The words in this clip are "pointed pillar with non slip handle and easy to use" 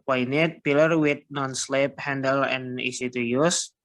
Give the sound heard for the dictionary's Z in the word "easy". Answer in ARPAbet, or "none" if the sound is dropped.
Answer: S